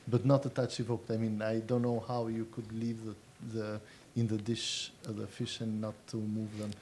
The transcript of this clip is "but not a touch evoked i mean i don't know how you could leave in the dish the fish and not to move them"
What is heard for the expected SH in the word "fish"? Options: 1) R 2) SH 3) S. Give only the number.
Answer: 2